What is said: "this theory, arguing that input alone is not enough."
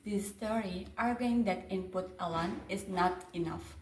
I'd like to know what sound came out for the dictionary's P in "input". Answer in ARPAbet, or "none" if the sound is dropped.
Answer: P